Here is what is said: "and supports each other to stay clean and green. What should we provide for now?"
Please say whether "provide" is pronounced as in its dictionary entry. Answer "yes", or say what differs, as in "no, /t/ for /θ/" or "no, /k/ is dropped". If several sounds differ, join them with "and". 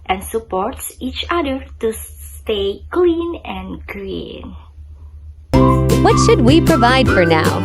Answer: yes